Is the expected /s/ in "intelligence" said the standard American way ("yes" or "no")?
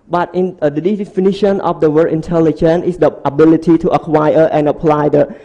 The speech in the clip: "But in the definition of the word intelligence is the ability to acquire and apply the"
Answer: no